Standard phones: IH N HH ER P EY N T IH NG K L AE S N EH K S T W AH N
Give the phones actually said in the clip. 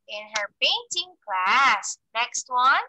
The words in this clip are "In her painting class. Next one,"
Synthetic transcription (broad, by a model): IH N HH ER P EY N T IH NG K L AE S N EH K S T W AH N